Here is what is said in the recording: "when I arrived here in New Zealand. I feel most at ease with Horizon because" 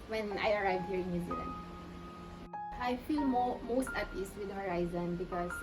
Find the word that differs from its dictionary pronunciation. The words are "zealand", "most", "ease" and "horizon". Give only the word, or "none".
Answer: ease